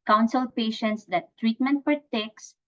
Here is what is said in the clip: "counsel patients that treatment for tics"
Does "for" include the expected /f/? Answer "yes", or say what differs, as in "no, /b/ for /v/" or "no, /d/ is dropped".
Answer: no, /p/ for /f/